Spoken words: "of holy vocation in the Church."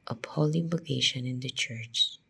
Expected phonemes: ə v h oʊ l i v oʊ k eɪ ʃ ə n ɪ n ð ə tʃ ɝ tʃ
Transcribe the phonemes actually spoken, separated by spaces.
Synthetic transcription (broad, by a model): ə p h oʊ l i b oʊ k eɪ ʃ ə n ɪ n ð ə tʃ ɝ tʃ